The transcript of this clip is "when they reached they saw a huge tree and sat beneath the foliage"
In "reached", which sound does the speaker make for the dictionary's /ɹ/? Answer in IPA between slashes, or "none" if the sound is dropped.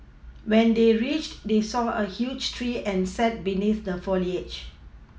/ɹ/